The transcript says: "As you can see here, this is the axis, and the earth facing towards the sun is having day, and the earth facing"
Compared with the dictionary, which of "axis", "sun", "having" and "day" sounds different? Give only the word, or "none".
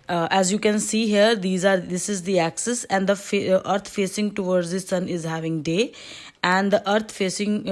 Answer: none